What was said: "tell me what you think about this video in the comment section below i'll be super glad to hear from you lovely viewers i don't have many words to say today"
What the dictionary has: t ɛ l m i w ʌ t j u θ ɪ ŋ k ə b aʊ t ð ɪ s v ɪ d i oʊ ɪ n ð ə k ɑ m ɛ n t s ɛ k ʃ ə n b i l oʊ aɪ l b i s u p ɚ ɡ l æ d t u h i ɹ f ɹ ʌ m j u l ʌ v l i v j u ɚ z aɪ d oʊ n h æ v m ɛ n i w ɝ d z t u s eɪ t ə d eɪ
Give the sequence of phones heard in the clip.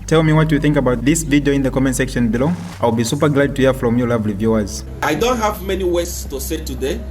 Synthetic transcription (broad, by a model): t ɛ l m i w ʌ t j u θ ɪ ŋ k ə b aʊ t ð ɪ s v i d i oʊ ɪ n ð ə k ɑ m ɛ n s ɛ k ʃ ə n b i l oʊ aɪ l b i s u p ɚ ɡ l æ d t u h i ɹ f ɹ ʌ m j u l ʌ v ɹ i v j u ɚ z aɪ d oʊ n h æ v m ɛ n i w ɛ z t u s eɪ t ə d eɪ